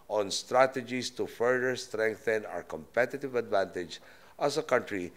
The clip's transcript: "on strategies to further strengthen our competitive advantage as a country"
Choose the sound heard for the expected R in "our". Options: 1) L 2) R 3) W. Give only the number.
2